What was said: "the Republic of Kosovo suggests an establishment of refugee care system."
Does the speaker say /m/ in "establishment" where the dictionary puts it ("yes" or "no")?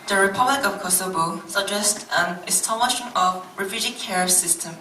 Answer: no